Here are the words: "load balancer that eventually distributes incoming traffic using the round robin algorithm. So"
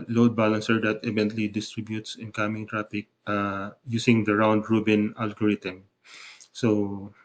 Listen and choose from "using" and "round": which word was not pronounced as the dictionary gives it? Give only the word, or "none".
using